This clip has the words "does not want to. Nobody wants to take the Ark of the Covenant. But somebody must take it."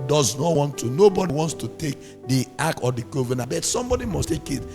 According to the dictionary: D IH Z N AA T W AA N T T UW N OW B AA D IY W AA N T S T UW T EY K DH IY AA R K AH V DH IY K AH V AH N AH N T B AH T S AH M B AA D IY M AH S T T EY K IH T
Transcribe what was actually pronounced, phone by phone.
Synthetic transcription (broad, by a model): D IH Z N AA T W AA N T T UW N OW B AA D IY W AA N T S T UW T EY K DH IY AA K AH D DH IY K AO V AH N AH B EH T S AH M B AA D IY M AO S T T EY K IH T